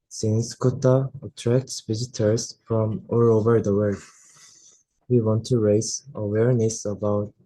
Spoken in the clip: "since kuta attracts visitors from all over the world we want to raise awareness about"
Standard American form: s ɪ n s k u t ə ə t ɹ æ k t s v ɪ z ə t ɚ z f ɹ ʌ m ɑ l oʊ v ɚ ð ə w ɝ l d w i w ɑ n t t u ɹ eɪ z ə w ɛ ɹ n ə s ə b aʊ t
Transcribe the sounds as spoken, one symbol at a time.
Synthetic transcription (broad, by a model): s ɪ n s k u t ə ə t ɹ æ k t s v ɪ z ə t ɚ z f ɹ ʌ m ɑ l oʊ v ɚ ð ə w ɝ d w i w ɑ n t t u ɹ eɪ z ə w ɛ ɹ n ə s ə b aʊ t